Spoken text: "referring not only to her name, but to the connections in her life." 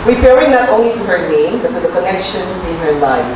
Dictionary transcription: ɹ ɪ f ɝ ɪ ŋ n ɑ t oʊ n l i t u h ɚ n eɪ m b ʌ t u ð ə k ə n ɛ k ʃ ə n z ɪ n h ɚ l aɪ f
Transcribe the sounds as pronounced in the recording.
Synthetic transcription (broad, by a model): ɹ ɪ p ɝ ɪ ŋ n ɑ t oʊ n l i t u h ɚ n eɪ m b ʌ t u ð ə k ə n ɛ k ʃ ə n ɪ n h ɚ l aɪ